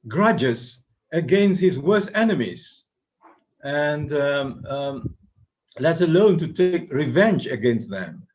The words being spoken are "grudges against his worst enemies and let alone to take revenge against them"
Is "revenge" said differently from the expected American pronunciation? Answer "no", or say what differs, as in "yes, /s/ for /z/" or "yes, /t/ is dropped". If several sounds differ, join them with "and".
no